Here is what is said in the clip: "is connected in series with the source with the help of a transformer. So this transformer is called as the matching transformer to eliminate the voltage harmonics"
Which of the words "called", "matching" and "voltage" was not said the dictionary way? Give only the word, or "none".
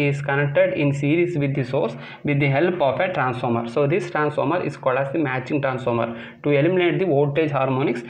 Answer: voltage